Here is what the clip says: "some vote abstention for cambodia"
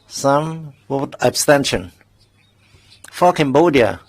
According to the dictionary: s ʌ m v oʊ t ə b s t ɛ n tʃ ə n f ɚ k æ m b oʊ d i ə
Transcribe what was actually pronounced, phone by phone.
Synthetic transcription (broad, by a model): s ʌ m w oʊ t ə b s t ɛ n ʃ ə n f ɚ k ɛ m b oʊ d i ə